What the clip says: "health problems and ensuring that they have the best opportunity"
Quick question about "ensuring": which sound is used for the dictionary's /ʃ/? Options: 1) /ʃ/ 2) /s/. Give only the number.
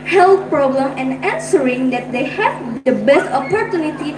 2